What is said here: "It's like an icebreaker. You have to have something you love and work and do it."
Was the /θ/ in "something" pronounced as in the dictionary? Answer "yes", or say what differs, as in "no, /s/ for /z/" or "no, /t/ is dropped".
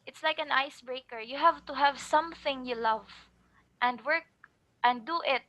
yes